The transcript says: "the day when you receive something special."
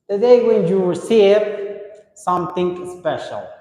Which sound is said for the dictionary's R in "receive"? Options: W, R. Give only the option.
W